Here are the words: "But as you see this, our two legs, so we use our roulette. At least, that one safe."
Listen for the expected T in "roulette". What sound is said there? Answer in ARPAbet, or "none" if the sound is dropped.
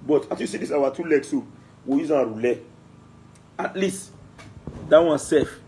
none